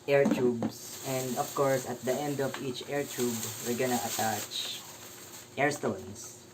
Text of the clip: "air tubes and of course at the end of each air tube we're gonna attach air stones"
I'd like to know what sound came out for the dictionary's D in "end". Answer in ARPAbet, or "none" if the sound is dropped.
D